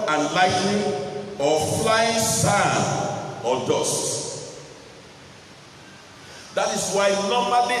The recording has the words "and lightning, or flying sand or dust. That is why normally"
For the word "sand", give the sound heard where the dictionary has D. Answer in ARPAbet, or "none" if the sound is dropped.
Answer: none